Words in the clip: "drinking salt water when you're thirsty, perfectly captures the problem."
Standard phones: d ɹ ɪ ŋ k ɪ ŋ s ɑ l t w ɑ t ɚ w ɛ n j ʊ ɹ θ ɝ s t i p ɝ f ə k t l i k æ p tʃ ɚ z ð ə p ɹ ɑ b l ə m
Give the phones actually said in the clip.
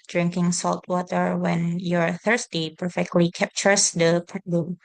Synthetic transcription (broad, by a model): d ɹ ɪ ŋ k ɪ ŋ s ɑ l t w ɑ t ɚ w ɛ n j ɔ ɹ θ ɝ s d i p ɝ f ə k t l i k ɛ p tʃ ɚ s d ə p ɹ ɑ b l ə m